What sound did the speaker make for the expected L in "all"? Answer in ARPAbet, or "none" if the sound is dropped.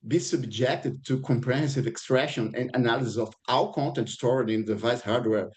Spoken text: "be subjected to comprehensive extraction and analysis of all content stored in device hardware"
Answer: W